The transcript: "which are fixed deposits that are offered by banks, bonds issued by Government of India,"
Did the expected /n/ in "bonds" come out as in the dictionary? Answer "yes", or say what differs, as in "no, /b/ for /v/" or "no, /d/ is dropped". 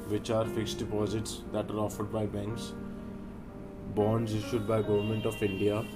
yes